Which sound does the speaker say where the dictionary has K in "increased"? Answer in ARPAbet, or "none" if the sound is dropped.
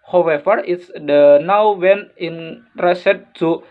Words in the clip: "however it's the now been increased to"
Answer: none